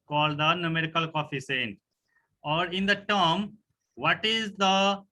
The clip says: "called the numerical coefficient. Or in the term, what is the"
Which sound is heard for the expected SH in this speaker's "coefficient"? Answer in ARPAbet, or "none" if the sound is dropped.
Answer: S